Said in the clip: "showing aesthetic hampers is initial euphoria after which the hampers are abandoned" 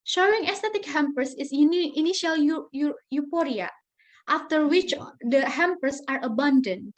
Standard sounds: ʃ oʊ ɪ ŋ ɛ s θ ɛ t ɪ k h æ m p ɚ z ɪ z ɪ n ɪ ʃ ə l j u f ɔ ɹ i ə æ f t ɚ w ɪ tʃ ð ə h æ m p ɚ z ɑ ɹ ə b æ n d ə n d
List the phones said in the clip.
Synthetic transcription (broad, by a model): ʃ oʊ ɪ ŋ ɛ s t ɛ t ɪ k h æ m p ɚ s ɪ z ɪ n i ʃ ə l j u p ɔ ɹ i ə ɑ f t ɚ w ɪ tʃ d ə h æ m p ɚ s ɑ ɹ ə b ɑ n d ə n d